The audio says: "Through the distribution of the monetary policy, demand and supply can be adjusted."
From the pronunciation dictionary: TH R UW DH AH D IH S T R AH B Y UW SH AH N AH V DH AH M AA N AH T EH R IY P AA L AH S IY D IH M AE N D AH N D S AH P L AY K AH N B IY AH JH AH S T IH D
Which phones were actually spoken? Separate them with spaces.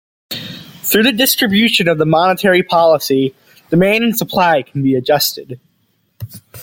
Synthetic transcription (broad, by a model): TH R UW DH AH D IH S T R AH B Y UW SH AH N AH V DH AH M AA N AH T EH R IY P AA L AH S IY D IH M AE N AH N S AH P L AY K N B IY AH JH AH S T IH D